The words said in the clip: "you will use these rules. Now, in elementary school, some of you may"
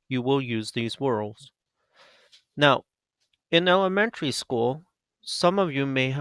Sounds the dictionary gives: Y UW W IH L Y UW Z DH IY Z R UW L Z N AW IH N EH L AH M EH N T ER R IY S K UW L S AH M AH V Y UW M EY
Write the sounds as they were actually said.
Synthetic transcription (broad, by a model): Y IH W IH L Y UW Z DH IY Z W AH L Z N AW IH N EH L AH M EH N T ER R IY S K UW L S AH M AH V Y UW M EY